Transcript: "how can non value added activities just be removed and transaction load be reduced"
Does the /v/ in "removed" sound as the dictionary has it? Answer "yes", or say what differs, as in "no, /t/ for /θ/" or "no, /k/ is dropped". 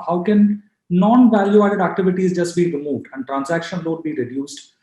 yes